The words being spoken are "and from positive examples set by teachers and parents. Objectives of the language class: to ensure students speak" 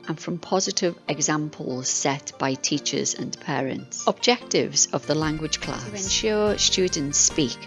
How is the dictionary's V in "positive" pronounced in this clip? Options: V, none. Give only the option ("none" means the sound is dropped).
V